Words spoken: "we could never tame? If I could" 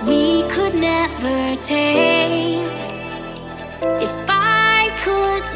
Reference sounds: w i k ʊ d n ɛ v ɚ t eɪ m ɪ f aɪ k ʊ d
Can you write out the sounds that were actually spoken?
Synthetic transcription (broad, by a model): w i k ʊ d n ɛ v ɚ t eɪ ɪ f aɪ k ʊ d